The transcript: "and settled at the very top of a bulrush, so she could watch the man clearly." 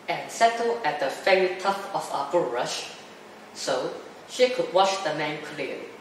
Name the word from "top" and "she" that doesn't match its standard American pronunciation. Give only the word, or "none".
top